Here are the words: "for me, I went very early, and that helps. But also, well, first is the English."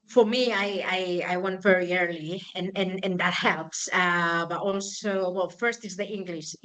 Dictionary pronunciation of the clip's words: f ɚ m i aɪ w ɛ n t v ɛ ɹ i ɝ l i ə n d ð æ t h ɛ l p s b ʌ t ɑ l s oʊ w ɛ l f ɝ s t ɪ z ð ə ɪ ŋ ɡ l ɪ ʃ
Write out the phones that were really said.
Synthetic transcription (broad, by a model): f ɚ m i aɪ w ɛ n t v ɛ ɹ i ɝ l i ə n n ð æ t h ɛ l p s b ʌ t ɑ l s oʊ w ɛ l f ɝ s t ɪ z ð ə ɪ ŋ ɡ l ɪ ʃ